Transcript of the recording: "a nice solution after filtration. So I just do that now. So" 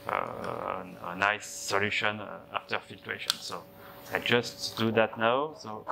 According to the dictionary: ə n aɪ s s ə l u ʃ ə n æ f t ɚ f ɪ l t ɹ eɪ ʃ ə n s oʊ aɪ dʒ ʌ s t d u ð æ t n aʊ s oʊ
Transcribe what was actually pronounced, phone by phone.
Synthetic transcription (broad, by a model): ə n aɪ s s ə l u ʃ ə n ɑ f t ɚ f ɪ t w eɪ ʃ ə n s oʊ aɪ dʒ ʌ s t d u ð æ t n aʊ s oʊ